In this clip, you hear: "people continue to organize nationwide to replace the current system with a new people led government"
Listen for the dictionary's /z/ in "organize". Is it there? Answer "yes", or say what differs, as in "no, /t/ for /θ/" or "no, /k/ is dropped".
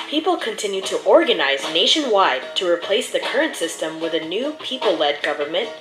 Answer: yes